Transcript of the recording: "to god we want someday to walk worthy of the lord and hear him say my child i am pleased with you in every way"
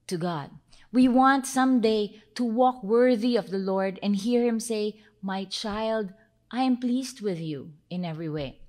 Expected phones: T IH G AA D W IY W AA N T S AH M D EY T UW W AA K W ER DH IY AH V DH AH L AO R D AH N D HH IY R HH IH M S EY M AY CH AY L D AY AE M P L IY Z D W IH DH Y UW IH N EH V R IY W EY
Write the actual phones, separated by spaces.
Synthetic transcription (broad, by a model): T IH G AA D W IY W AA N T S AH M D EY T UW W AA K W ER DH IY AH V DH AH L AO R D AH N D HH IY R HH IH M S EY M AY CH AY L D AY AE M P L IY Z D W IH DH Y UW IH N EH V R IY W EY